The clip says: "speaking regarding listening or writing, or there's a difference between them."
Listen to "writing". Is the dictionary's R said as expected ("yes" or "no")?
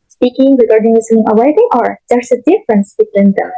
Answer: no